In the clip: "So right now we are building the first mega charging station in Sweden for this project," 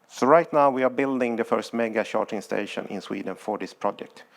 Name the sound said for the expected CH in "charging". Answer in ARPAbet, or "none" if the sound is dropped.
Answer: SH